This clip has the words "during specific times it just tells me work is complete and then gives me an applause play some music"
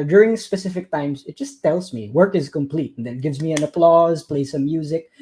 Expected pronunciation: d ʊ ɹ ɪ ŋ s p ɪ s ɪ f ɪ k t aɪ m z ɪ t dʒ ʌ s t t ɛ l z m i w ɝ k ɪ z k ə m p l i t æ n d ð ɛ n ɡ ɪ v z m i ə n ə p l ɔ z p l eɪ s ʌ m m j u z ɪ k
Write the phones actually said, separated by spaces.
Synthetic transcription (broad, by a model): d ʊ ɹ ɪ ŋ s p ɪ s ɪ f ɪ k t aɪ m z ɪ t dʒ ʌ s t t ɛ l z m i w ɝ k ɪ z k ə m p l i t n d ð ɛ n ɡ ɪ v z m i ə n ə p l ɔ z p l eɪ s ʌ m m j u z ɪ k